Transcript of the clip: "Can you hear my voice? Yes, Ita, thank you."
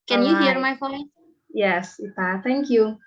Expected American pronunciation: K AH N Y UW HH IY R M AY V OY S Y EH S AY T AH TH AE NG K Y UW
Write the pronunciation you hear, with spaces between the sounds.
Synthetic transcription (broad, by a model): K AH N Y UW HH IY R M AY F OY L Y EH S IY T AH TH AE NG K Y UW